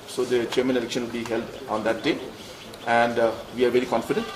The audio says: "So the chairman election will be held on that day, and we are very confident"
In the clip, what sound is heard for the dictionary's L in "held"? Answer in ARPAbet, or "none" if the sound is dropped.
L